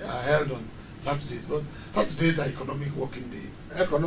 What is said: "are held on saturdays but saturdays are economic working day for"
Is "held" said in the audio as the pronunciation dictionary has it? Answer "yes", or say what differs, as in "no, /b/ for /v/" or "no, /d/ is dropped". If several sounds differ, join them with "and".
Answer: yes